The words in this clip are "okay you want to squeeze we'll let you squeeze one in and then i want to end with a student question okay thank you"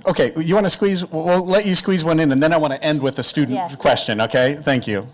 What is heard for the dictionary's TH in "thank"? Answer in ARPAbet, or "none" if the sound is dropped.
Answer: TH